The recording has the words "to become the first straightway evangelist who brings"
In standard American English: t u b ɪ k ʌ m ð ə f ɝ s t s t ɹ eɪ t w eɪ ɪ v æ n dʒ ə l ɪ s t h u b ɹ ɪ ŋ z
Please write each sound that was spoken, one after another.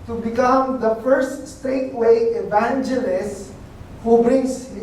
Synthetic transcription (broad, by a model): t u b ɪ k ʌ m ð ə f ɝ s t s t eɪ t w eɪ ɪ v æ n dʒ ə l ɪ s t h u b ɹ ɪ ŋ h